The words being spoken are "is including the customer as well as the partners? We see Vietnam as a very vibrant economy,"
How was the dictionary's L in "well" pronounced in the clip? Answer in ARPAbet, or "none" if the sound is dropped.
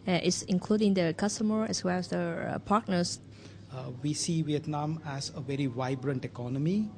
L